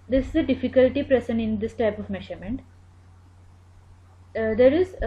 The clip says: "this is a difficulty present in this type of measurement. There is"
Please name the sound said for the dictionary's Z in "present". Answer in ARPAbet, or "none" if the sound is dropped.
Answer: S